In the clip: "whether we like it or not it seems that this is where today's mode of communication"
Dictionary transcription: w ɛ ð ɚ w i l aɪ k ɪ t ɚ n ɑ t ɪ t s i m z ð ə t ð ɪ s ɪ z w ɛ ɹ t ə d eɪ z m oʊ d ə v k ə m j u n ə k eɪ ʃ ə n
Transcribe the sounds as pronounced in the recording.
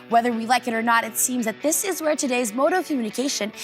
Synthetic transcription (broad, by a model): w ɛ ð ɚ w i l aɪ k ɪ t ɚ n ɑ t ɪ t s i m z ð ə t ð ɪ s ɪ z w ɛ ɹ t ə d eɪ z m oʊ d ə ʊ k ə m j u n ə k eɪ ʃ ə n